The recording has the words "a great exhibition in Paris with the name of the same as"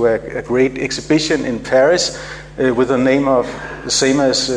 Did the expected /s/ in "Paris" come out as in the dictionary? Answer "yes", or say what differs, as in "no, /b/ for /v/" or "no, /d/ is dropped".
yes